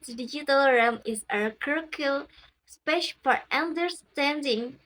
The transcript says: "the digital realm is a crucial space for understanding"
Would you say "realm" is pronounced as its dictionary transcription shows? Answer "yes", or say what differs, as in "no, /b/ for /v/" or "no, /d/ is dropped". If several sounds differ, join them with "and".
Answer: no, /l/ is dropped